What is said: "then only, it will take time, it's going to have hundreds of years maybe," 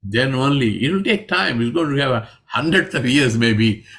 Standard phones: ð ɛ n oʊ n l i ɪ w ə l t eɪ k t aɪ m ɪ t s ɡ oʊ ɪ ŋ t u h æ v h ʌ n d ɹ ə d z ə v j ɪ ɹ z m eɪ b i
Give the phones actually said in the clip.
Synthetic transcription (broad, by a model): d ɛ n oʊ n l i ɪ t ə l t eɪ k t aɪ m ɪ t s ɡ oʊ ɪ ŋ t u h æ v h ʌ n d ɹ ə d s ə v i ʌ ɹ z m eɪ b i